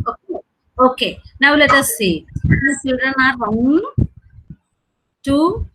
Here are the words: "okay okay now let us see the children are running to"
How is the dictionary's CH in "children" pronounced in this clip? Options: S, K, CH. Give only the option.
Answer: S